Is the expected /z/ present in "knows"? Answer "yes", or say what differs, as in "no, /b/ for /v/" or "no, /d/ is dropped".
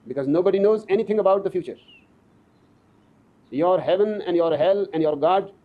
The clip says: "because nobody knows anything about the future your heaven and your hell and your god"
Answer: yes